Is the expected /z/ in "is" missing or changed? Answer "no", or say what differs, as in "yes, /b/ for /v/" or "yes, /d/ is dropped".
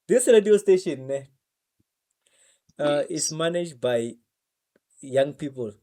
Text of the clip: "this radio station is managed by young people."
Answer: yes, /s/ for /z/